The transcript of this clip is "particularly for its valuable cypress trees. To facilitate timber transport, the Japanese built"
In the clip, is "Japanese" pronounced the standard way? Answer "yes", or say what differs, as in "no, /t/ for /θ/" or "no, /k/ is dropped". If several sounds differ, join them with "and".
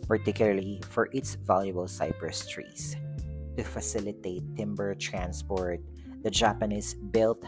no, /s/ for /z/